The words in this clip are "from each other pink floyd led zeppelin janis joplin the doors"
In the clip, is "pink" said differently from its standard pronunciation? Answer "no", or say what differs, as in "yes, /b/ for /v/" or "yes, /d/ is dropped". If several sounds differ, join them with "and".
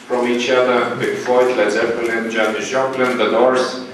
yes, /b/ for /p/